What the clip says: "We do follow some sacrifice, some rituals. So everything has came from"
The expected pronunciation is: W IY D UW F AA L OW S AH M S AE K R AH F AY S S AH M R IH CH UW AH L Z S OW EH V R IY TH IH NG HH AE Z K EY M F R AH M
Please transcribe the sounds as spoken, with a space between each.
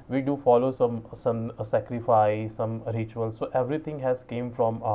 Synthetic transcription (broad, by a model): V IY D UW F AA L OW S AH M S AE K R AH F AY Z S AH M R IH CH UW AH L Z S OW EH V R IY T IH NG HH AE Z K EY M F R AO M